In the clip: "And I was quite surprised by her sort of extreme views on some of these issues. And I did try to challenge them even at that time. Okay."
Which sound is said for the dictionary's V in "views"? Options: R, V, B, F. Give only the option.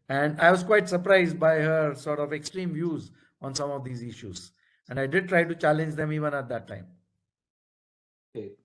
V